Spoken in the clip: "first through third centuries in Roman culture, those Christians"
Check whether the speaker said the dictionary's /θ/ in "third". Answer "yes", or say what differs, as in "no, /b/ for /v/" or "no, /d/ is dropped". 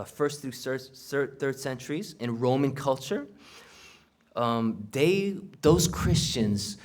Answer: yes